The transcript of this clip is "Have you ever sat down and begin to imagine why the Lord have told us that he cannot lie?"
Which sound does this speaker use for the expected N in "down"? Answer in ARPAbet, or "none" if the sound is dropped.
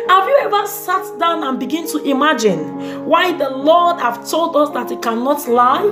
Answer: N